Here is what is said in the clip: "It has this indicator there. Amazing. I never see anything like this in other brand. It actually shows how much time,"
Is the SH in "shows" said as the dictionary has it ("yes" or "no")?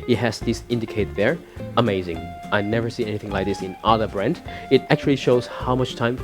yes